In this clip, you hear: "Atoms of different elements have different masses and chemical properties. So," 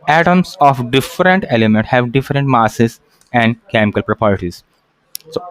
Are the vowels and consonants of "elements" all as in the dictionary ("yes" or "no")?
no